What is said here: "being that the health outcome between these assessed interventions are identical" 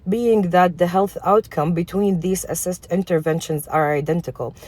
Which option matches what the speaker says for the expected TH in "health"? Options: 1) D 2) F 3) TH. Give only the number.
3